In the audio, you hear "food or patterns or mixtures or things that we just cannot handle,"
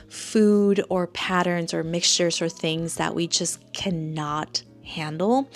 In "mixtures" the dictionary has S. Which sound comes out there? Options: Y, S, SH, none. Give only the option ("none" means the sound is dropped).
S